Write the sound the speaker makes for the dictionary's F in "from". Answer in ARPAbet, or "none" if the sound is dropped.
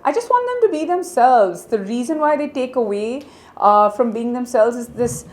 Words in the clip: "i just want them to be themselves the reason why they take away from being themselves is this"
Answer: F